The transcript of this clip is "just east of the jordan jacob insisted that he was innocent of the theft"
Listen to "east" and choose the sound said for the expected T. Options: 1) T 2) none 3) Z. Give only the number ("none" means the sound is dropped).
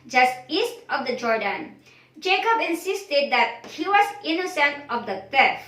1